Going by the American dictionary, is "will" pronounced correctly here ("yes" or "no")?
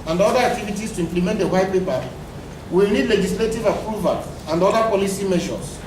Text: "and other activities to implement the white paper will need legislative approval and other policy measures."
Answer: no